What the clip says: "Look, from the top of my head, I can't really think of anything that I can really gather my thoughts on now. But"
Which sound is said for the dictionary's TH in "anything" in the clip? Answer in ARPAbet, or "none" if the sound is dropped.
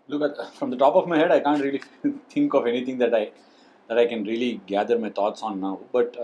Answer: T